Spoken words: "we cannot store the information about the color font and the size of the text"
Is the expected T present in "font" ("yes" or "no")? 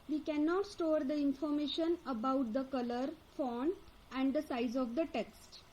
no